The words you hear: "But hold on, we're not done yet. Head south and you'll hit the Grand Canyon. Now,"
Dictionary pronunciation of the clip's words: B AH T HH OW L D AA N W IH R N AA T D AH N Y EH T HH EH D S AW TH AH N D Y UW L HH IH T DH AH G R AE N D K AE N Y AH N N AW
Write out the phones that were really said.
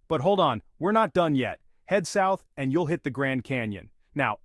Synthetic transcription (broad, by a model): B AH T HH OW L D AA N W IH R N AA T D AH N Y EH T HH EH D S AW TH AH N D Y UW L HH IH T DH AH G R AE N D K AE N Y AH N N AW